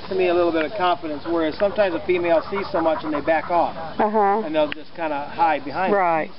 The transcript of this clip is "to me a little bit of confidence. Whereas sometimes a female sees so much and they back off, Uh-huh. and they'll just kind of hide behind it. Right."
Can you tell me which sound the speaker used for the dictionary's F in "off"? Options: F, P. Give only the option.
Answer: F